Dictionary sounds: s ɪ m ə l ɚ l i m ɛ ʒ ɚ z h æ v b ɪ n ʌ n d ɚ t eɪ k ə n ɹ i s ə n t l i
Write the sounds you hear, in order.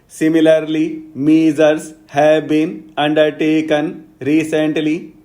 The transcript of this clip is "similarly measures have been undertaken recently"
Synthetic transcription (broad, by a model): s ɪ m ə l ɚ l i m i z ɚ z h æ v b ɪ n ʌ n d ɚ t eɪ k ə n ɹ i s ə n t l i